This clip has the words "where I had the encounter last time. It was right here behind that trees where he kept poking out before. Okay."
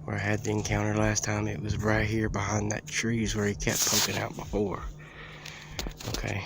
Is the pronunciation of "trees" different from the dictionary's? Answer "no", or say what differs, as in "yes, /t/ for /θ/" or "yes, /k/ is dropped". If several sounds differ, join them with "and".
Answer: no